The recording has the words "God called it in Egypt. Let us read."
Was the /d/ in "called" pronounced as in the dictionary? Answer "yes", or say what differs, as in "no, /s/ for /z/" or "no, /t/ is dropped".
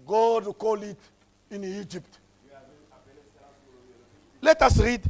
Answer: no, /d/ is dropped